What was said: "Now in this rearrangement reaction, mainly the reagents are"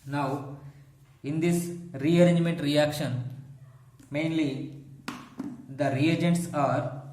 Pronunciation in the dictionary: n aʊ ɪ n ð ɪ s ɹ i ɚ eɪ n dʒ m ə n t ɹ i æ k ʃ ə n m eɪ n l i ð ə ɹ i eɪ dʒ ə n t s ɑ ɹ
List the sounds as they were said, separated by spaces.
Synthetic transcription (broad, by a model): n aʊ ɪ n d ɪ s ɹ i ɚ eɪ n dʒ m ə n t ɹ i æ k ʃ ə n m eɪ n l i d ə ɹ i eɪ dʒ ə n t s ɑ ɹ